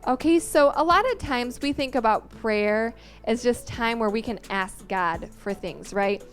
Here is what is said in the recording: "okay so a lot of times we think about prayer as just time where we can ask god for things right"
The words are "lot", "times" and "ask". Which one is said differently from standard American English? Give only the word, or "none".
none